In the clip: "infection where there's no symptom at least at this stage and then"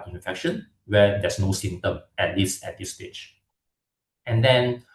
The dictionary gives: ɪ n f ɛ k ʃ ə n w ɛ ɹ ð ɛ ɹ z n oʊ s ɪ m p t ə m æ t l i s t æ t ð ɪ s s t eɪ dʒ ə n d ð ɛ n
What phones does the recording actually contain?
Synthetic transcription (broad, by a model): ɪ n f ɛ k ʃ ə n w ɛ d ɛ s n oʊ s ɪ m t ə m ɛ t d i s ɛ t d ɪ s s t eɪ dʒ ə n d ɛ n